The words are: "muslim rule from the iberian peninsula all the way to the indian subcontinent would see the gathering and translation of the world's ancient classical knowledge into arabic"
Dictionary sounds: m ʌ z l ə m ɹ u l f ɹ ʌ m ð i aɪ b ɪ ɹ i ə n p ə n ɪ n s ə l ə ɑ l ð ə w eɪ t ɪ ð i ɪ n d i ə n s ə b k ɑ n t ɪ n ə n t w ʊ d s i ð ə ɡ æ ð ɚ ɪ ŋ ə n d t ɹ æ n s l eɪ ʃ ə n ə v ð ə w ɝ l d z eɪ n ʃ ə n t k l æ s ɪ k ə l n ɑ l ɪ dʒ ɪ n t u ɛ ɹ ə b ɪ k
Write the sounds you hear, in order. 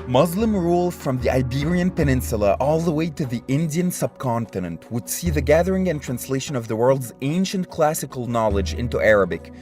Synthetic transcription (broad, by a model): m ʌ z l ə m ɹ u l f ɹ ʌ m ð i aɪ b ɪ ɹ i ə n p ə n ɪ n s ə l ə ɑ l ð ə w eɪ t ɪ ð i ɪ n d i ə n s ə b k ɑ n t ɪ n ə n t w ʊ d s i ð ə ɡ æ ð ɚ ɪ ŋ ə n t ɹ æ n s l eɪ ʃ ə n ə v ð ə w ɝ l d z eɪ n ʃ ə n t k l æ s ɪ k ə l n ɑ l ɪ dʒ ɪ n t u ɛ ɹ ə b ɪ k